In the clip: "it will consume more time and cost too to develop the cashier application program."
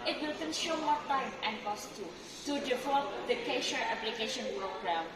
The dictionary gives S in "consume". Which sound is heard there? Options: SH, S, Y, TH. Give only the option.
SH